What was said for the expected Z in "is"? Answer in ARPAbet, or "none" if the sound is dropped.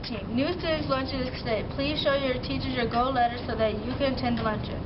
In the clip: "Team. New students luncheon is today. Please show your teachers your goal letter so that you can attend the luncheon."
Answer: S